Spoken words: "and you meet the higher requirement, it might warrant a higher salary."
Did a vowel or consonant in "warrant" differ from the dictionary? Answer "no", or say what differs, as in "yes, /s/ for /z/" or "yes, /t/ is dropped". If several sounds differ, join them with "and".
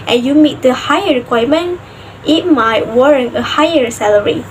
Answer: yes, /t/ is dropped